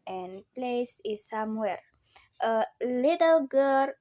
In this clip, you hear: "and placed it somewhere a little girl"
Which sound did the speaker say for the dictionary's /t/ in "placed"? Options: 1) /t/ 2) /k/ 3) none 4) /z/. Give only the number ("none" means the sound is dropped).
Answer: 3